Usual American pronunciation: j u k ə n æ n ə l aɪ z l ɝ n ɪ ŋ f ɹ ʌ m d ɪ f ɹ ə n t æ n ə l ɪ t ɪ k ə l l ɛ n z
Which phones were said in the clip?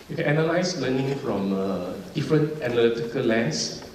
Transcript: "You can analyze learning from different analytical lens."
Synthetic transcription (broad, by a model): j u k ə n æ n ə l aɪ s l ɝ n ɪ ŋ f ɹ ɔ m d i f ɹ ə n t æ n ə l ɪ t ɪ k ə l l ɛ n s